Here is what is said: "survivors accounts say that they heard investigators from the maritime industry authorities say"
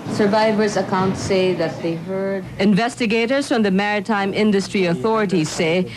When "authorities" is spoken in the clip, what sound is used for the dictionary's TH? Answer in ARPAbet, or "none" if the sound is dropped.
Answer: TH